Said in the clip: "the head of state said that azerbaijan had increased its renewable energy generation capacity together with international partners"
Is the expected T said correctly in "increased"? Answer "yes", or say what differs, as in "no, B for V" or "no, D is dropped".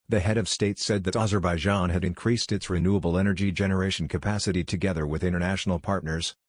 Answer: yes